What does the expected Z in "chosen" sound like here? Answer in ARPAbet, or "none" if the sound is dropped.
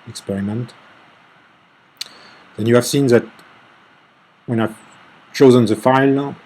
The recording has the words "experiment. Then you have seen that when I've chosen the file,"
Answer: Z